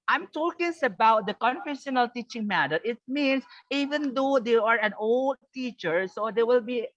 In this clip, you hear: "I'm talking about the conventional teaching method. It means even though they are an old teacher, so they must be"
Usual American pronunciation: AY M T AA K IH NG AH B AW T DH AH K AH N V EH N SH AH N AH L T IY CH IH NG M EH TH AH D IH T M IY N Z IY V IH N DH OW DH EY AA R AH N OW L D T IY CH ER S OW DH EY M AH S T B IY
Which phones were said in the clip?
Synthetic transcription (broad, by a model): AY M T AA K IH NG AH B AW T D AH K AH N F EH SH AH N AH L T IY CH IH NG M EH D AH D IH T M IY N S IY V IH N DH OW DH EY AA R AH N OW L D T IY CH ER S OW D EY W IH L B IY